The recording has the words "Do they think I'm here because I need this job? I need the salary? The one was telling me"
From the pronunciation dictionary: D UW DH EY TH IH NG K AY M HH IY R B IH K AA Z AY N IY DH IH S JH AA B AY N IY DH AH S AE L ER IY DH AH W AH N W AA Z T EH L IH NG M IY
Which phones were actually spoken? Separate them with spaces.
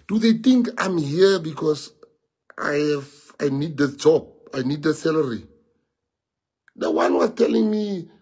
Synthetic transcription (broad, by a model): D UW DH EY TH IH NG K AY M HH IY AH B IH K AA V AY N IY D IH JH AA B AY N IY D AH S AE L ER IY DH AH W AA N W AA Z T EH L IH NG M IY